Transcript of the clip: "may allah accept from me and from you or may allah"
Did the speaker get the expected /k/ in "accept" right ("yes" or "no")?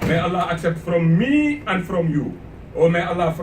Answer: yes